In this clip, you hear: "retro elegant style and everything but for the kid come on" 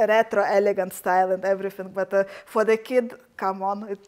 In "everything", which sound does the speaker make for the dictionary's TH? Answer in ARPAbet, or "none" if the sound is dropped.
F